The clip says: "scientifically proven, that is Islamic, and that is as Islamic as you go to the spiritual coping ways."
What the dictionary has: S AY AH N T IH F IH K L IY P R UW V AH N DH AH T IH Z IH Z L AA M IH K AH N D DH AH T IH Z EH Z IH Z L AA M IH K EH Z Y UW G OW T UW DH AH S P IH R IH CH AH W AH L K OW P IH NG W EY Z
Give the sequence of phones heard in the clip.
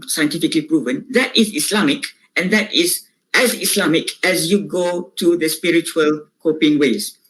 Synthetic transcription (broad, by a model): S AY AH N T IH F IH K L IY P R UW V AH N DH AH T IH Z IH S L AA M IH K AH N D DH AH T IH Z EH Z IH S L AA M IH K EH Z Y UW G OW T UW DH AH S P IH R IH CH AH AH L K OW P IH NG W EY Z